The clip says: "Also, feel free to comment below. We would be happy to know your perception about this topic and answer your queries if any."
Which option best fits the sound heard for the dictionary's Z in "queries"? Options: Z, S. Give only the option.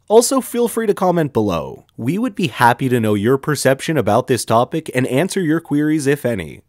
Z